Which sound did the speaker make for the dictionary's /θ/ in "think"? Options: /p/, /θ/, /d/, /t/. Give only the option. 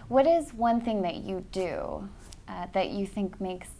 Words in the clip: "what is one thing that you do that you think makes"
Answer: /θ/